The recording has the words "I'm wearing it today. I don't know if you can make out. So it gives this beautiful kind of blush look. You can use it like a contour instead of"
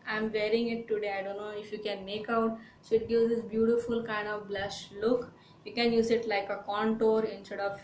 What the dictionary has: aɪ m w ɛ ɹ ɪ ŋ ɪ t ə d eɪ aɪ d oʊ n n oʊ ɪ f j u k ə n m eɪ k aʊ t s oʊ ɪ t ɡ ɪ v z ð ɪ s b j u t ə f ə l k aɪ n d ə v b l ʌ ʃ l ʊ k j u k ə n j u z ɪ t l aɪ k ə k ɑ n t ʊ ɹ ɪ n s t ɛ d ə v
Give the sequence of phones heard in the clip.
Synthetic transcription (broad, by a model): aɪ m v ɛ ɹ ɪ ŋ ɪ t ə d eɪ aɪ d oʊ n n oʊ ɪ f j u k ə n m eɪ k aʊ t s oʊ ɪ t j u z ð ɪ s b j u t ə f ə l k aɪ n d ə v b l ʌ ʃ l ʊ k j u k ə n j u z ɪ t l aɪ k ə k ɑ n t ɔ ɹ ɪ n s t ɛ d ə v